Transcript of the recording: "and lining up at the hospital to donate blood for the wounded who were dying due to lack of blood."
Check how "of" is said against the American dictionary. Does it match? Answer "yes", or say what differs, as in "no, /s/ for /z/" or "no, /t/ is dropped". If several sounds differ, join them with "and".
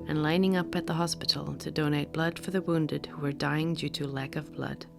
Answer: yes